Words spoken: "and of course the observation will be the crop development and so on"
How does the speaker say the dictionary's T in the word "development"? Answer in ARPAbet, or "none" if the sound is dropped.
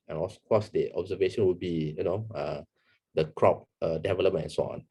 none